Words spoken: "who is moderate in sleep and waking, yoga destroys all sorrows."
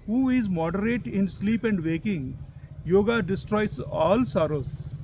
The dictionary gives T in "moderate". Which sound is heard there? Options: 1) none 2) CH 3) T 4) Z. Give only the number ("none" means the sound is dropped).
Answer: 3